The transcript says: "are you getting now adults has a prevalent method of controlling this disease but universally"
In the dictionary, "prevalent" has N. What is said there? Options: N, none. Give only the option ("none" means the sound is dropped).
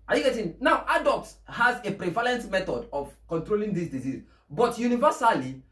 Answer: N